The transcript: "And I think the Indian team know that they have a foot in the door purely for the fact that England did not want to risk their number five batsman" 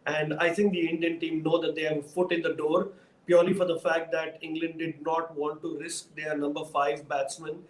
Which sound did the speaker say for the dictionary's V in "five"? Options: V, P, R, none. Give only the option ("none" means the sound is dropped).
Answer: V